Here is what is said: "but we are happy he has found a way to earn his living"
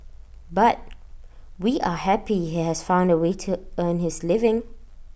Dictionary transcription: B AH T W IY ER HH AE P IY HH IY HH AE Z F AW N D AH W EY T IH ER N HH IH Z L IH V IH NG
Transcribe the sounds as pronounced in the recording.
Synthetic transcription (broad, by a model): B AH T W IY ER HH AE P IY HH IY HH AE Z F AW N D AH W EY T IH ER N HH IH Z L IH V IH NG